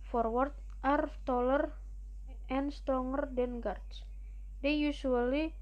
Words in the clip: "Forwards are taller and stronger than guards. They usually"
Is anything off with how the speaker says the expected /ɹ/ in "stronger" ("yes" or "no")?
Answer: yes